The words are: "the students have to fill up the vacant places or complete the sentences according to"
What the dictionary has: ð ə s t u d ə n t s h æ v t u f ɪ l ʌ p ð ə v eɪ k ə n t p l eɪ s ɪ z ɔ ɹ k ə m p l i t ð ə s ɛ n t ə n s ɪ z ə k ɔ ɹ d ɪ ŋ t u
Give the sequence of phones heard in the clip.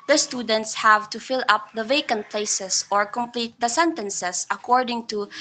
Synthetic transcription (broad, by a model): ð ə s t u d ə n t s h æ v t u f ɪ l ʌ p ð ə v eɪ k ə n t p l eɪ s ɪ s ɔ ɹ k ə m p l i t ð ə s ɛ n t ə n s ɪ s ə k ɔ ɹ d ɪ ŋ t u